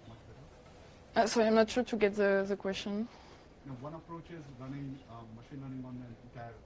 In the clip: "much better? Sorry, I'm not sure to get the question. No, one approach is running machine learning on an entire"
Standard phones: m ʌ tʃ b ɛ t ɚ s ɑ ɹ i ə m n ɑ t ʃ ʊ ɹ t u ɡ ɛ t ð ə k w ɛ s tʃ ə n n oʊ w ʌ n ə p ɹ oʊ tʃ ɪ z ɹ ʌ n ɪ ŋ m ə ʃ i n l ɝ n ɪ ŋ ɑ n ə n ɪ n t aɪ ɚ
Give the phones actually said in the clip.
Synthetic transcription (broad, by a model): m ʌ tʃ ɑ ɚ s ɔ i ə m n ɑ t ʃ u t u ɡ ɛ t ð ə k w ɛ s tʃ ə n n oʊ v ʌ n ə p ɹ oʊ tʃ ɪ z ɹ ʌ n ɪ ŋ m ə ʃ i n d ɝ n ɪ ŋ ɑ n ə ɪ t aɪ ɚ